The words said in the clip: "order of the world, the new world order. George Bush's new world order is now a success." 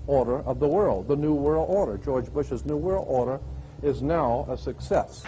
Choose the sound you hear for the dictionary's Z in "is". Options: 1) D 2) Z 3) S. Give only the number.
2